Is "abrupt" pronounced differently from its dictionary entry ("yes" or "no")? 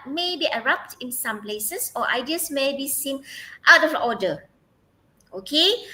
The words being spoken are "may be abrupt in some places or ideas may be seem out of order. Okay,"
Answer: yes